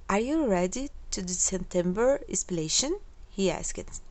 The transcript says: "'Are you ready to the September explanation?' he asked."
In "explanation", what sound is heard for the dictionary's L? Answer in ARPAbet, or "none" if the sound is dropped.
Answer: none